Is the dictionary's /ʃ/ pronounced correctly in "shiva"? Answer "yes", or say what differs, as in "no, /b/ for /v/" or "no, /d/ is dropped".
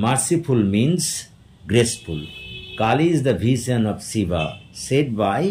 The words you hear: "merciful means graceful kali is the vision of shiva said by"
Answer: no, /s/ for /ʃ/